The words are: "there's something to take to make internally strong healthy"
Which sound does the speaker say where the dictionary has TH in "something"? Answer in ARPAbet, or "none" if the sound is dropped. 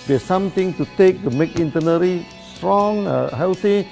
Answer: T